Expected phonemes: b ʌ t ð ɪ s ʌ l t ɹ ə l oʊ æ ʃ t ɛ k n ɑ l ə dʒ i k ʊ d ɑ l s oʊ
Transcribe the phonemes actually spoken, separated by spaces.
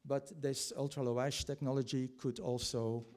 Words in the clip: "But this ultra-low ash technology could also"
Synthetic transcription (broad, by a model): b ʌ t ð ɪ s ʌ l t ɹ ə l oʊ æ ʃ t ɛ k n ɑ l ə dʒ i k ʊ d ɑ l s oʊ